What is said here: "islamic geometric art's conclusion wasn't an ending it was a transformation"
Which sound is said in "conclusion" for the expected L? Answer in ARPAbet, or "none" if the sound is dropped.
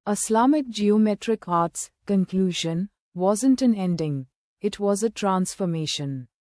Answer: L